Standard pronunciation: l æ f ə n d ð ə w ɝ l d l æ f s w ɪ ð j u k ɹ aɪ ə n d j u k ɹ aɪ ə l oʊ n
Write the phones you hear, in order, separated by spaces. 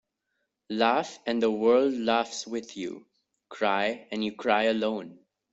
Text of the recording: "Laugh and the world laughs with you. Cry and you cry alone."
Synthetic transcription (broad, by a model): l æ f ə n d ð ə w ɝ l d l æ f s w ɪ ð j u k ɹ aɪ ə n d j u k ɹ aɪ ə l oʊ n